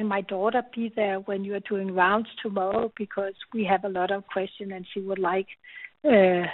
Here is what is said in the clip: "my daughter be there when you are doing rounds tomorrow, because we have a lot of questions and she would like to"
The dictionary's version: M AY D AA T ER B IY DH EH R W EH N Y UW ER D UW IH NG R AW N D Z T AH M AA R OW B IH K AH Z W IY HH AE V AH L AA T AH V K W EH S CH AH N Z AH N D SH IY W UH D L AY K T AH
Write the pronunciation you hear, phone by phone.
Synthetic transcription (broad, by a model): M AY D AA T ER B IY DH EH R W EH N Y UW ER D UW IH NG R AW N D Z T AH M AA R OW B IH K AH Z W IY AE V AH L AA T AH V K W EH S CH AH N AH N SH IY W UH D L AY K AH